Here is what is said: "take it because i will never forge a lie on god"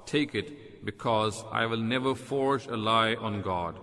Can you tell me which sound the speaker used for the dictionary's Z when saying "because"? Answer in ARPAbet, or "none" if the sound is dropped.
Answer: Z